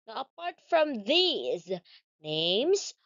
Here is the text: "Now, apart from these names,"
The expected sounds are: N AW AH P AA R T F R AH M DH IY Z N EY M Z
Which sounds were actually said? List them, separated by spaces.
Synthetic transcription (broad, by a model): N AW AH P AA R T F R AH M DH IY Z N EY M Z